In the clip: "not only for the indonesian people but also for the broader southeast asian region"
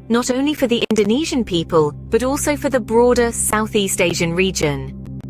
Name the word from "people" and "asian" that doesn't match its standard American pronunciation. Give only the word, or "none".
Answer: none